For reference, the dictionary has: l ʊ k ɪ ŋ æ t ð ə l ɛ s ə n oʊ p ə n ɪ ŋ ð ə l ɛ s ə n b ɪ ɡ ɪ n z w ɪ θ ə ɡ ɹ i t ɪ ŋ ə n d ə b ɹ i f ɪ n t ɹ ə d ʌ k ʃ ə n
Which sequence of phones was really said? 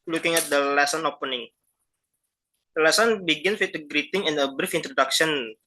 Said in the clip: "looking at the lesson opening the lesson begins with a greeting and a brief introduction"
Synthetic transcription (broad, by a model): l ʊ k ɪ ŋ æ t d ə l ɛ s ə n oʊ p ə n ɪ ŋ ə l ɛ s ə n b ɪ ɡ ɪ n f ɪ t ə ɡ ɹ i t ɪ ŋ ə n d ə b ɹ i f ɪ n t ɹ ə d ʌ k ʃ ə n